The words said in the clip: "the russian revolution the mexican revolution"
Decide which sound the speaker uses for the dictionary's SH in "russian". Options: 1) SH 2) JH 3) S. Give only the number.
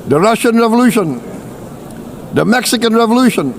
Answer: 1